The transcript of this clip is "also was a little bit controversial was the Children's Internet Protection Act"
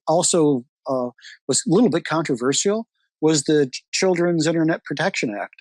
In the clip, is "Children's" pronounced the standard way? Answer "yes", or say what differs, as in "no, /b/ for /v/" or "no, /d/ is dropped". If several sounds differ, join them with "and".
yes